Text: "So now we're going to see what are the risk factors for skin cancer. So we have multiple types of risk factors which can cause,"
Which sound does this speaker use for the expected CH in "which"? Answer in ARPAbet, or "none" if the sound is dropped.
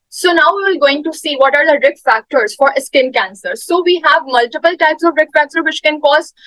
SH